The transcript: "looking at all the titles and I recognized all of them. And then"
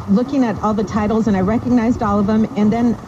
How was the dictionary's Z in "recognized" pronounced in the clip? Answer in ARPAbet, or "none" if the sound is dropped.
Z